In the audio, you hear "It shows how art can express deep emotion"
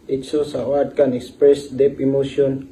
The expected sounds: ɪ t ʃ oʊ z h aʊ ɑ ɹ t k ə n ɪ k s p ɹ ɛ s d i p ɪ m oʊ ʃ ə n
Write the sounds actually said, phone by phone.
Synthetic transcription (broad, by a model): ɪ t s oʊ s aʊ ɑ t k ə n ɪ k s p ɹ ɛ s d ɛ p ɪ m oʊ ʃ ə n